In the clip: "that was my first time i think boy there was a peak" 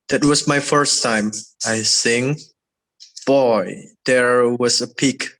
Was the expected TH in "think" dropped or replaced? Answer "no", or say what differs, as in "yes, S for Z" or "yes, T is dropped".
yes, S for TH